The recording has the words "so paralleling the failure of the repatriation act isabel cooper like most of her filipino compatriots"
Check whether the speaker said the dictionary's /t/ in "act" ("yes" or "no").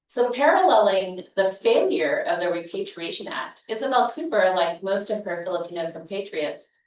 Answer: yes